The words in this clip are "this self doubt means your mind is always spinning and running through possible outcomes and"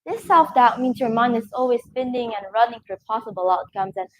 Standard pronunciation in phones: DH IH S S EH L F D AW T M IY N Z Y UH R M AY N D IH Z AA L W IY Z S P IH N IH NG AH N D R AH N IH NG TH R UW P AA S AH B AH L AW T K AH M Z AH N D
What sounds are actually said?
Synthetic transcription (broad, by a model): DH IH S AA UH F D AW T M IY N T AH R M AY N IH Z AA L W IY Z S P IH N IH NG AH N R AH N IH NG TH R P AA S AH B AH L AW T K AH M Z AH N